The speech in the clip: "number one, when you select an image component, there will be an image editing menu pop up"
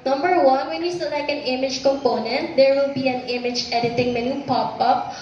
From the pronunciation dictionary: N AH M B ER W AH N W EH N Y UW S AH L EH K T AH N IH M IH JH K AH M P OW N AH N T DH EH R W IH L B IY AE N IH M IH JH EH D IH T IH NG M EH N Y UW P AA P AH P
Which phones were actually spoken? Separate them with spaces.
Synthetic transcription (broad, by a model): N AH M B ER W AH N W EH N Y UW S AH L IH K AH N IH M IH JH K AH M P OW N AH N T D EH R W IH L B IY AE N IH M IH JH EH D IH T IH NG M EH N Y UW P AA P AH P